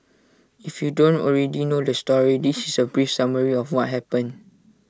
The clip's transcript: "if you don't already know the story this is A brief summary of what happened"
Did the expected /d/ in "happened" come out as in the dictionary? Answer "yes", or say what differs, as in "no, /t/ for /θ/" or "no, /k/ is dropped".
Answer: no, /d/ is dropped